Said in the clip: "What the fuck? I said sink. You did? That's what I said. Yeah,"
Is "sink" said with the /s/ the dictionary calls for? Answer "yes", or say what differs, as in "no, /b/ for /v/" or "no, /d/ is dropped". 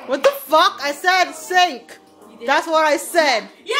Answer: yes